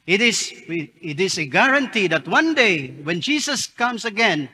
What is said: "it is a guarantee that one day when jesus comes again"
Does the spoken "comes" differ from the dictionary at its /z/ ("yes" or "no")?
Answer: yes